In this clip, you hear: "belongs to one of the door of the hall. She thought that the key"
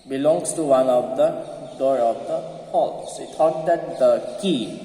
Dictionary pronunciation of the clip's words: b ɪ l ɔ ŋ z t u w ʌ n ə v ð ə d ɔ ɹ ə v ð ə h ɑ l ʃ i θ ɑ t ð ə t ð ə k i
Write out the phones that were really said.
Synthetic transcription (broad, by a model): b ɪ l ɔ ŋ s t u w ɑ n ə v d ə d ɔ ɹ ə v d ə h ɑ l s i t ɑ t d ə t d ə k i